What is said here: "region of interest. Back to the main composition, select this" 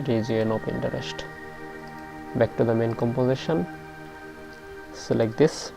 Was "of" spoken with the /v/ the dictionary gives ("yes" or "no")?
no